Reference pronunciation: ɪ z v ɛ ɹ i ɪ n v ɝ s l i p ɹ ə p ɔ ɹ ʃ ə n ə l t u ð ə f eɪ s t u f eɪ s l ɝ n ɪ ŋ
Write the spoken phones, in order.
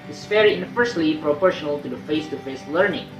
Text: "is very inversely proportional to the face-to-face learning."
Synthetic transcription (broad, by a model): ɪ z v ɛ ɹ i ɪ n f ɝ s l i p ɹ ə p ɔ ɹ ʃ ə n ə l t u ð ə f eɪ s t u f eɪ s l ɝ n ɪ ŋ